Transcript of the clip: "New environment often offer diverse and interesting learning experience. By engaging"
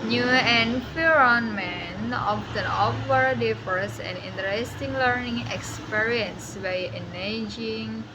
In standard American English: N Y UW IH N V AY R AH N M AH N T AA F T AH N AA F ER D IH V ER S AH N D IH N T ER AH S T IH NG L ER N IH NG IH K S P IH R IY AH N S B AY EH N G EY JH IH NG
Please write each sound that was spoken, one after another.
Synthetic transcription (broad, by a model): N Y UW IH N F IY R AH N M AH N AA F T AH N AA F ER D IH F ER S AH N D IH N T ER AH S T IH NG L ER N IH NG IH K S P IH R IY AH N S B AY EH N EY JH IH NG